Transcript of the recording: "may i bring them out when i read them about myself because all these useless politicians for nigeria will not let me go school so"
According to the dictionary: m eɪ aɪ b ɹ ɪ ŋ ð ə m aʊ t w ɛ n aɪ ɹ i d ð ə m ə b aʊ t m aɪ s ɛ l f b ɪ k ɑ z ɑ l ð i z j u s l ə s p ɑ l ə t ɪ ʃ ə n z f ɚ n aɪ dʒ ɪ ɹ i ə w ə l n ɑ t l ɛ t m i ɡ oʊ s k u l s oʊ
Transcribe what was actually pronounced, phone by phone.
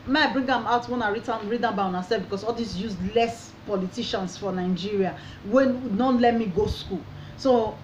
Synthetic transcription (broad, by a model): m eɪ aɪ b ɹ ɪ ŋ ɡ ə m aʊ t w ɛ n aɪ ɹ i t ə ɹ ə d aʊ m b aɪ s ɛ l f b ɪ k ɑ s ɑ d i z j u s l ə s p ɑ l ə t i ʃ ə n s f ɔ n aɪ dʒ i ɹ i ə w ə w n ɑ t l ɛ t m i ɡ oʊ s k u l s oʊ